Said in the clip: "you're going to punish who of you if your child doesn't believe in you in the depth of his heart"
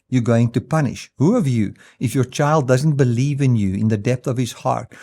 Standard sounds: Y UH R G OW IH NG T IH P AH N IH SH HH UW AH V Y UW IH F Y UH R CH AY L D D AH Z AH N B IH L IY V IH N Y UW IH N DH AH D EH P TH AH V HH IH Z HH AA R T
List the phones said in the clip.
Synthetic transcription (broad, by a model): Y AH R G OW IH NG T IH P AH N IH SH HH UW AH V Y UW IH F Y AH R CH AY L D D AH Z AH N B IH L IY V IH N Y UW IH N DH AH D EH P TH AH V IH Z HH AA R T